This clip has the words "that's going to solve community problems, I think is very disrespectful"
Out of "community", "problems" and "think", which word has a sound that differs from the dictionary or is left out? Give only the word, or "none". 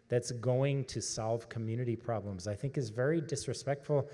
none